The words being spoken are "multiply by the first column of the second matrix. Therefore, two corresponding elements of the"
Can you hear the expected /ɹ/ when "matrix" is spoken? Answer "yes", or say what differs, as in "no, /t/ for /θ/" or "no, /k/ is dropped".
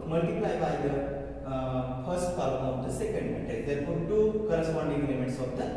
no, /ɹ/ is dropped